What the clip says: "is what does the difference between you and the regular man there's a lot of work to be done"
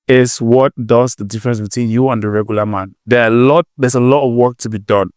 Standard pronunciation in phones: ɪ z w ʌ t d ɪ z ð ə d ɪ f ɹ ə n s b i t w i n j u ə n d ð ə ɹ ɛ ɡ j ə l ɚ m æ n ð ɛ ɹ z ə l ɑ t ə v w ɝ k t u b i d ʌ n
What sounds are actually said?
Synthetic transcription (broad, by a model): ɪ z w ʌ t d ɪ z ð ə d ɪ f ɹ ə n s b i t w i n j u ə n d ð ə ɹ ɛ ɡ j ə l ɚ m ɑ n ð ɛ l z ə l ɑ t ə v w ɝ k t u b i d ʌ n